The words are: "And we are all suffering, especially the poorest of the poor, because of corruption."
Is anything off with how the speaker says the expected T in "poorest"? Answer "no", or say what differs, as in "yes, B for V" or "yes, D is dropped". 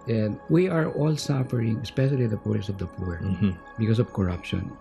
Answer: yes, T is dropped